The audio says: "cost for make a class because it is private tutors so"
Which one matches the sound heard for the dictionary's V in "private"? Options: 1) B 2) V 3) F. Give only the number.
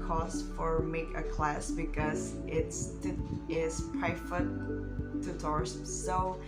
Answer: 3